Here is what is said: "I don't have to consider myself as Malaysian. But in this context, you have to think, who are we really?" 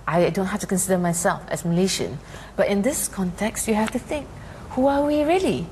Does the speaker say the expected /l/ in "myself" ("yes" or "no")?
yes